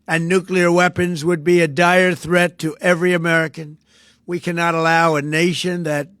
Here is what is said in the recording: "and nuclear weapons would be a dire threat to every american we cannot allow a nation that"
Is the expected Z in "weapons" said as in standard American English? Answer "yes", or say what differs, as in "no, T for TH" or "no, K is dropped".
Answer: yes